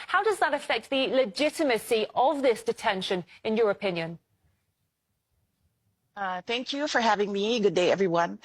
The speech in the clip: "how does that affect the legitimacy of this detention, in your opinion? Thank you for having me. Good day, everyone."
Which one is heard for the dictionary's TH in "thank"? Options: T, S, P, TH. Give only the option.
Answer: TH